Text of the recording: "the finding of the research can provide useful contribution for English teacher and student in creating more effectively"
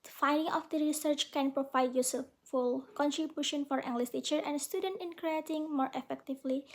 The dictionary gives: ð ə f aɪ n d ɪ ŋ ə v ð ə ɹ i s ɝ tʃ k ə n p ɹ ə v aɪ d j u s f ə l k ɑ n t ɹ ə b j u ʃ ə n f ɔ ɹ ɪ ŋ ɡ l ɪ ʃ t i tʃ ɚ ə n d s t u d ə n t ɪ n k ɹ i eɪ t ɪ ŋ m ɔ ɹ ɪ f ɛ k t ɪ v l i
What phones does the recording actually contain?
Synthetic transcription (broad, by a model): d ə f aɪ n d ɪ ŋ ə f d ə ɹ i s ɝ tʃ k ə n p ɹ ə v aɪ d j u s f ə l k ɑ n t ɹ ə b j u ʃ ə n f ɔ ɹ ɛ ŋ ɡ l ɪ s t i tʃ ɚ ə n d s t u d ə n t ɪ n k ɹ i eɪ t ɪ ŋ m ɔ ɹ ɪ f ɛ k t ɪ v l i